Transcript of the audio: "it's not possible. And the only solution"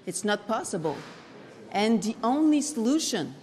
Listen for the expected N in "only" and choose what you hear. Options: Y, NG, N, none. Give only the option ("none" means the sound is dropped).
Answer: N